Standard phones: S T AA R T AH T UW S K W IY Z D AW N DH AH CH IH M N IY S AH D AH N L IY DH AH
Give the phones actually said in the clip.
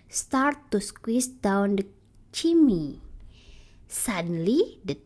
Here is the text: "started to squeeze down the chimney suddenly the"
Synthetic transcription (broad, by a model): S T AA R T T UW S K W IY S D AW N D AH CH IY M IY S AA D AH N L IY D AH